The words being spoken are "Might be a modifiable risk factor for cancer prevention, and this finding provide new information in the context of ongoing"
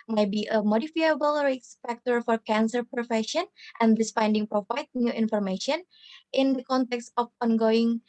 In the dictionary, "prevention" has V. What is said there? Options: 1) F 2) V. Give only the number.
1